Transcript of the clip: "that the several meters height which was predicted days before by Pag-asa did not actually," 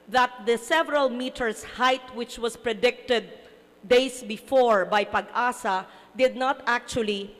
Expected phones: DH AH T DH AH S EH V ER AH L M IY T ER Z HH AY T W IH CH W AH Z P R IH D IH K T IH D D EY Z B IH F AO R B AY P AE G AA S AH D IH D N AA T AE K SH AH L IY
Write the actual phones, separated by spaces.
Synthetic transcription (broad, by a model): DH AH T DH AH S EH V ER AH L M IY T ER S HH AY T W IH CH W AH S P R IH D IH K T IH D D EY S B IH F AO R B AY P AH G AA S AH D IH D N AA T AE K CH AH L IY